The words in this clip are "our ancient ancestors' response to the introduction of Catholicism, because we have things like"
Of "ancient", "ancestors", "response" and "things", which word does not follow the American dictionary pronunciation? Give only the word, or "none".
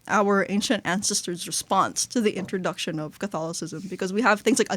none